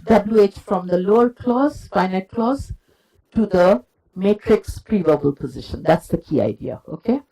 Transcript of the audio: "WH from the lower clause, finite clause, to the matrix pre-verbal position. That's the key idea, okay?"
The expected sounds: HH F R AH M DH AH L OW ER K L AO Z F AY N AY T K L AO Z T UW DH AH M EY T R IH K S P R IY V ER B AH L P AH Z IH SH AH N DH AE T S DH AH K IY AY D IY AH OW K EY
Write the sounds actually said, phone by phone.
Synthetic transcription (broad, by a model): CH F R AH M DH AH L OW ER K L AO Z F AY N AY T K L AO Z T UW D AH M EY T R IH K S P R IY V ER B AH L P AH Z IH SH AH N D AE T S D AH K IY AY D IY AH OW K EY